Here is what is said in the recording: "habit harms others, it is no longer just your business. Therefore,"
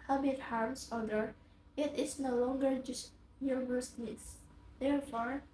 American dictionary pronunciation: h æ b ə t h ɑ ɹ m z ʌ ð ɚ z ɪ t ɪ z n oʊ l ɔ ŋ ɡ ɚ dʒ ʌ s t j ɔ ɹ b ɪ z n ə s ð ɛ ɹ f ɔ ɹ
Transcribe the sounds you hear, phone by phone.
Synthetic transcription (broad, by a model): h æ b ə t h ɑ ɹ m s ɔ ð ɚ ɪ t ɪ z n oʊ l ɔ ŋ ɡ ɚ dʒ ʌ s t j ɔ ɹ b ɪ s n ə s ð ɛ ɹ f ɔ ɹ